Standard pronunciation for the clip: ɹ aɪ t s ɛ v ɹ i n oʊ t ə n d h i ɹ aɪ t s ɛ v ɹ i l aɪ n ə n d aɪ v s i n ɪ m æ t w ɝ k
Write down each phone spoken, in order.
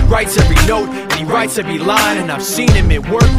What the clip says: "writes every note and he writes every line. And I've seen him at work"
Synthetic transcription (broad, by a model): ɹ aɪ t s ɛ v ɹ i n oʊ t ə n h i ɹ aɪ t s ɛ v ɹ i l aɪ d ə n aɪ v s i n ɪ m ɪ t w ɝ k